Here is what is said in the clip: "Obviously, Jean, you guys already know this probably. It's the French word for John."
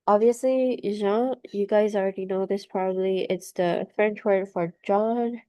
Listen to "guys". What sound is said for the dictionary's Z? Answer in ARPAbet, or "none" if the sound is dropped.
Z